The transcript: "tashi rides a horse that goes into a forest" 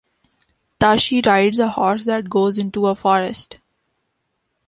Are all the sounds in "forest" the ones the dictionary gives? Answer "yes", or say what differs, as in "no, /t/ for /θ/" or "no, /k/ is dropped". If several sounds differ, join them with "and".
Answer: yes